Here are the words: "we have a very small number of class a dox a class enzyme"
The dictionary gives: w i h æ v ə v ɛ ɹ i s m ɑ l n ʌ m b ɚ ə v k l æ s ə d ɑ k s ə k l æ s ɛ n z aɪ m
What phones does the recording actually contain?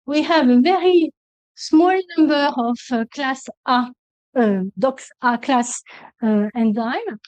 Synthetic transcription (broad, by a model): w i h æ v ə v ɛ ɹ i s m ɑ l n ʌ m b ɚ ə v k l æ s ə d ɑ k s ə k l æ s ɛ n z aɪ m